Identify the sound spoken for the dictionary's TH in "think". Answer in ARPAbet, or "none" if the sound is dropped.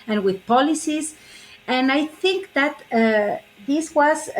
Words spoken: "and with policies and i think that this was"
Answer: TH